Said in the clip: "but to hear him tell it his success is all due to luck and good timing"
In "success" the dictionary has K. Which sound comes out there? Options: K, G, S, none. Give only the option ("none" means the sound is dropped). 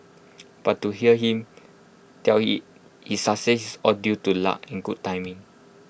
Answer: none